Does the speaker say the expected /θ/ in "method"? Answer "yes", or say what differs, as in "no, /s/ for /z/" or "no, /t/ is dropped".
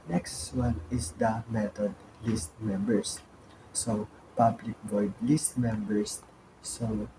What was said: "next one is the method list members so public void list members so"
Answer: no, /t/ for /θ/